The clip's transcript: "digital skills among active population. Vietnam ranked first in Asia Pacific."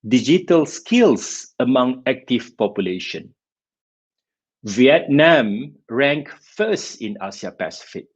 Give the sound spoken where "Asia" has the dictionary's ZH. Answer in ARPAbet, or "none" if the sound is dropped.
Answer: S